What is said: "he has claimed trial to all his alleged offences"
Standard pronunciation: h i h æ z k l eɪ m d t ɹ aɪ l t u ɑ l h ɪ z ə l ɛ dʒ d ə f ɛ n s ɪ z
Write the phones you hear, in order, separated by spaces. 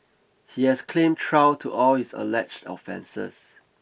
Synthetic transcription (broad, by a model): h i h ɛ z k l eɪ m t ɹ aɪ w t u ɑ l h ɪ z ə l ɛ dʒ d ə f ɛ n s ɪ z